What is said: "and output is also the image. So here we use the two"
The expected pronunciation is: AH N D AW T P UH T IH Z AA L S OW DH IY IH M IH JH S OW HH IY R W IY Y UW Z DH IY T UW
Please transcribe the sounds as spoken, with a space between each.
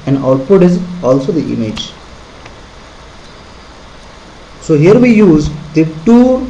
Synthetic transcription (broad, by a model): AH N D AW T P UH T IH Z AA L S OW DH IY IH M IH JH S OW HH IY R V IY Y UW Z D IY T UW